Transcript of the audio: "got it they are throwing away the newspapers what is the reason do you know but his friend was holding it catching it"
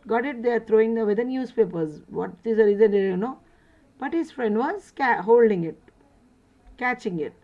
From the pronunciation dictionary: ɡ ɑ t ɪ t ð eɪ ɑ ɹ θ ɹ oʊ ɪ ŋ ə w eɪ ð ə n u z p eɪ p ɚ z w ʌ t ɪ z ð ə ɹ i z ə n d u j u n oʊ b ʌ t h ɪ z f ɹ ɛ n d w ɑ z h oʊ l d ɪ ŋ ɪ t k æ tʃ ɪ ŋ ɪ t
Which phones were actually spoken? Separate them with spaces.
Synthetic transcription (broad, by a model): ɡ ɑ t ɪ t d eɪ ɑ ɹ t ɹ oʊ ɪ ŋ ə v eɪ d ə n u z p eɪ p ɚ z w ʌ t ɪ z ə ɹ i z ə n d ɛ j u n oʊ b ʌ t h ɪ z f ɹ ɛ n d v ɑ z h oʊ l d ɪ ŋ ɪ t k æ tʃ ɪ ŋ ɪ t